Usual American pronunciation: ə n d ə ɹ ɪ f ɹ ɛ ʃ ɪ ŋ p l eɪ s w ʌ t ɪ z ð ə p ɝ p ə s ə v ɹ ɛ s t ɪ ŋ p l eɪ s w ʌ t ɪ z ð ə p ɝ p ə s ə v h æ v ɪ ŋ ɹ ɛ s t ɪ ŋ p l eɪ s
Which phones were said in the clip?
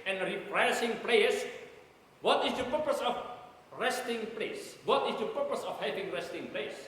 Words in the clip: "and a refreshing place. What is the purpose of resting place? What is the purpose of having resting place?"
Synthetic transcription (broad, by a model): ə n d ɹ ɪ p ɹ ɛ s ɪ ŋ p l eɪ s w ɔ t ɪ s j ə p ɝ p ə s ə f ɹ ɛ s t ɪ ŋ p l eɪ s w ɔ t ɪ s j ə p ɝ p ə s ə f h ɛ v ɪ ŋ ɹ ɛ s t ɪ ŋ p l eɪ s